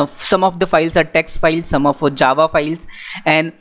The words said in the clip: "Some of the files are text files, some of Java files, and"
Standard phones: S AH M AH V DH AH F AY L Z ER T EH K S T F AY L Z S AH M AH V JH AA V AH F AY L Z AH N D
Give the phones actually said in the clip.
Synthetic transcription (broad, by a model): S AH M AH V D AH F AY L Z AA T EH K S T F AY L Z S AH M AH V JH AA V AH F AY L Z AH N D